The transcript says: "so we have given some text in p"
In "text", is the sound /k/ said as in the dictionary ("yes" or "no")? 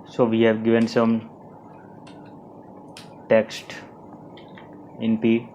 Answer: yes